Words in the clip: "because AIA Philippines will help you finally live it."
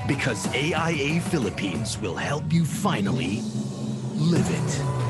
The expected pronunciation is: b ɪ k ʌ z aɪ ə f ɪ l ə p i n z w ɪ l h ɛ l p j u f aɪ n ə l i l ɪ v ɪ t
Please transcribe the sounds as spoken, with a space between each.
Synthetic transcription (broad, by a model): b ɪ k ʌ z aɪ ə f ɪ l ə p i n z w ɪ l h ɛ l p j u f aɪ n l i l ɪ v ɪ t